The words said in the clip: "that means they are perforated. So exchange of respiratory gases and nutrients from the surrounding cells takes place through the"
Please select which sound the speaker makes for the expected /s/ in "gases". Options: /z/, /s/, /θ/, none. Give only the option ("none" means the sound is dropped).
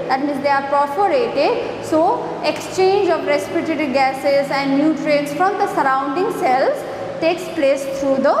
/s/